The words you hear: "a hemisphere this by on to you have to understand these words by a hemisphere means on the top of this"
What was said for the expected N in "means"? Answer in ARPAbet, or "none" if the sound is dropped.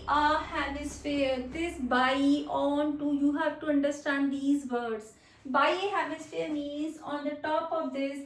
none